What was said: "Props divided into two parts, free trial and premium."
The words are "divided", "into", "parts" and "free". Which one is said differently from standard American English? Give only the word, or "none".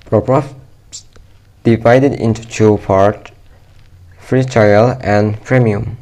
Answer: parts